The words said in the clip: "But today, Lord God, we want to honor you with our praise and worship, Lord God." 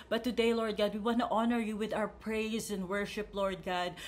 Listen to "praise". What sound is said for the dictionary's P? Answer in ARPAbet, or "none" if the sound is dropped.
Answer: P